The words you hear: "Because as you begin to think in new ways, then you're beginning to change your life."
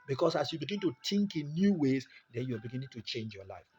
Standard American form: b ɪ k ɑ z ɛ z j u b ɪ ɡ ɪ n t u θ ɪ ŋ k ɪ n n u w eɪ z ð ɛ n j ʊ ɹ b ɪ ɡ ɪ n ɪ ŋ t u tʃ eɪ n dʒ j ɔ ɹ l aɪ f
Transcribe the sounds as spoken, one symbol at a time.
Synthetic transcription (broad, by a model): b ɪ k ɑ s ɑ s j u b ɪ ɡ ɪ n t u t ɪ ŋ k ɪ n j u w eɪ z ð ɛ n j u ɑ b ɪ ɡ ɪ n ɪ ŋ t u tʃ eɪ n dʒ j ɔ l aɪ f